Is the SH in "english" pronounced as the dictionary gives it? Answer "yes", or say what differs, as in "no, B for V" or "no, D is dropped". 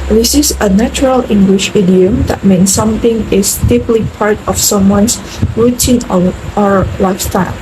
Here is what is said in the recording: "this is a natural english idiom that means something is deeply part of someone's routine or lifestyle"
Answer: yes